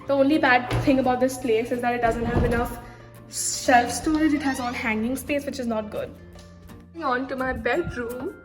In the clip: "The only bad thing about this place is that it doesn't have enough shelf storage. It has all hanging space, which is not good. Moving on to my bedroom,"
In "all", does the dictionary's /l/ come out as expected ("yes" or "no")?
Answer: no